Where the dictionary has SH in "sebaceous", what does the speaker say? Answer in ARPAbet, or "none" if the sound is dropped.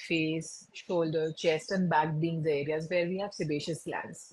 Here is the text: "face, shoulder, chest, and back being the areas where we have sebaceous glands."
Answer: SH